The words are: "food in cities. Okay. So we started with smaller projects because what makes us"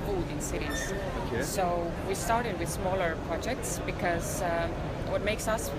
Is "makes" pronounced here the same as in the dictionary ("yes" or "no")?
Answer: yes